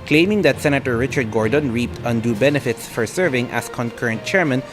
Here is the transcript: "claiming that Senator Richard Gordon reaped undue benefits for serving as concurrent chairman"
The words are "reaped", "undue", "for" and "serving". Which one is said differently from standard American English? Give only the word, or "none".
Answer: none